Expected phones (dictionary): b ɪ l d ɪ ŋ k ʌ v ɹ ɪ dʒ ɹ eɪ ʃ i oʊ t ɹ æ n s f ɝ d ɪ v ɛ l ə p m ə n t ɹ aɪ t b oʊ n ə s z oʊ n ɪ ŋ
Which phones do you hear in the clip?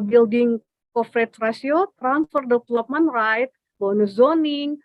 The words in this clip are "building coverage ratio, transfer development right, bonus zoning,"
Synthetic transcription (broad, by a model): b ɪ l d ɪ ŋ k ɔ f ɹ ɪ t ɹ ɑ s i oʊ t ɹ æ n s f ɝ d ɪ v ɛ l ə p m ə n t ɹ aɪ t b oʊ n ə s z oʊ n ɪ ŋ